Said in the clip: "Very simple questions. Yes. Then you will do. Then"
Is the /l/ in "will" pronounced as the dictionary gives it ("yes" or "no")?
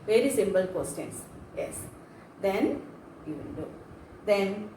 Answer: no